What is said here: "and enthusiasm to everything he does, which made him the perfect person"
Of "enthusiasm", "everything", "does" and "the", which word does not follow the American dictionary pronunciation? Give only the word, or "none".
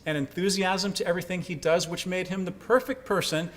none